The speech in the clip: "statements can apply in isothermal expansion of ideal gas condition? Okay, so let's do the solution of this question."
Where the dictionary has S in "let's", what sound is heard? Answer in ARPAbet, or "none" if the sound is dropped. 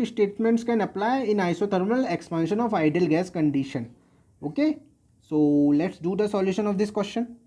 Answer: S